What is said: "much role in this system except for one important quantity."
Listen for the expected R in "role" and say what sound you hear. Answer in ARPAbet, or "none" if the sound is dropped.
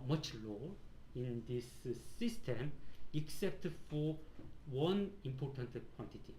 L